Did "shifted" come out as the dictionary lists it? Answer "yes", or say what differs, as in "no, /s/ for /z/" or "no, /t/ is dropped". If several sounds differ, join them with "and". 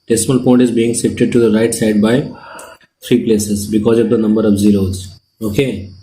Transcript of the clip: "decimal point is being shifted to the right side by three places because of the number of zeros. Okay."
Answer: no, /s/ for /ʃ/